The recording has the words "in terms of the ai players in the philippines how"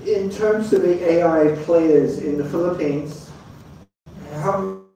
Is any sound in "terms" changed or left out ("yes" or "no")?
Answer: no